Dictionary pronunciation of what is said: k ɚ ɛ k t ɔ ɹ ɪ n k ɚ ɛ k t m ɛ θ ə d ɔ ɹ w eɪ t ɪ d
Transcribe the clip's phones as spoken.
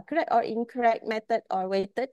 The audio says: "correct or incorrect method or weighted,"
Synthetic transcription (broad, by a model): k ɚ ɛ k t ɔ ɹ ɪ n k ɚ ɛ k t m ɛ t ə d ɔ ɹ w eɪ t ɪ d